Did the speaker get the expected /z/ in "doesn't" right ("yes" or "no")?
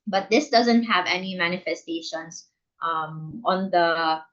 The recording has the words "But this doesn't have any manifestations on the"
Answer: yes